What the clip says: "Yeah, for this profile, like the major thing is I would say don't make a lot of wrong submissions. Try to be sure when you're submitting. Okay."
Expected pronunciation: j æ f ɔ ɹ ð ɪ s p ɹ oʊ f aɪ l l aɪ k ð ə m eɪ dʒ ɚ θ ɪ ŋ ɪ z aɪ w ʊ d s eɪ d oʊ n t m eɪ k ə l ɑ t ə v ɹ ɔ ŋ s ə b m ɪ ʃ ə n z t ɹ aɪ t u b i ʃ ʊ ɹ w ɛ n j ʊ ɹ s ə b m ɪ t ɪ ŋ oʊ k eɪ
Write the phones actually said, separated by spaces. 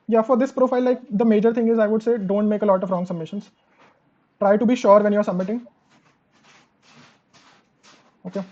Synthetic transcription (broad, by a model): j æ f ɔ ɹ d ɪ s p ɹ oʊ f aɪ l l aɪ k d ə m eɪ dʒ ɚ t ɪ ŋ ɪ z aɪ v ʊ d s eɪ d oʊ n t m eɪ k ə l ɑ t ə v ɹ ɔ ŋ s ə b m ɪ ʃ ə n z t ɹ aɪ t u b i ʃ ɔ ɹ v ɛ n j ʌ ɹ s ə b m ɪ t ɪ ŋ oʊ k eɪ